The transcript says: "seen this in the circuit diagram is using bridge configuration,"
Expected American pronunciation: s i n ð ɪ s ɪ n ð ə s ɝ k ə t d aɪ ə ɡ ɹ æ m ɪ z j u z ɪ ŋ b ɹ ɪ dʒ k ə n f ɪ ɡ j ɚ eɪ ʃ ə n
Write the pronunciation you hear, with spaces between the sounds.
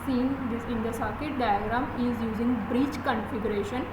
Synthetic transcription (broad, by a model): s i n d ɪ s ɪ n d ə s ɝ k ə t d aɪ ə ɡ ɹ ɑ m ɪ z j u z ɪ ŋ b ɹ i tʃ k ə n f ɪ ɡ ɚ eɪ ʃ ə n